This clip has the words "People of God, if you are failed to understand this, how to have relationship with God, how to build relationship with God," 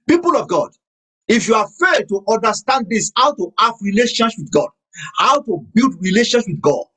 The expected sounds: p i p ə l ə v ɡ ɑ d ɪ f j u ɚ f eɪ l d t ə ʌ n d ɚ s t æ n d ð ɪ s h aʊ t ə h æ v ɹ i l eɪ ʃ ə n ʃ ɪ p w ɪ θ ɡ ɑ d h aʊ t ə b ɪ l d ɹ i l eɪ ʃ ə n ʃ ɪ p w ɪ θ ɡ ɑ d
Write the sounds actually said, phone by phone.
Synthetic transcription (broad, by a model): p i p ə l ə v ɡ ɑ d ɪ f j u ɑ f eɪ d t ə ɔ n d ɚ s t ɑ n d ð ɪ s h aʊ t ə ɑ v ɹ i l eɪ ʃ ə n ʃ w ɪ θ ɡ ɑ d h aʊ t ə b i l d ɹ i l eɪ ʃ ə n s w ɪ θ ɡ ɑ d